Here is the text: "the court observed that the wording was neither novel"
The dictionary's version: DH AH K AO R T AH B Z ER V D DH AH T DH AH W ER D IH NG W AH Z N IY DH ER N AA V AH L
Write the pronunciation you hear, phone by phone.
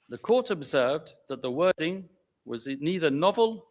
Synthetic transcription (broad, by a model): DH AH K AO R T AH B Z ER V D DH AH T DH AH W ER D IH NG W AH Z N IY DH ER N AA V AH L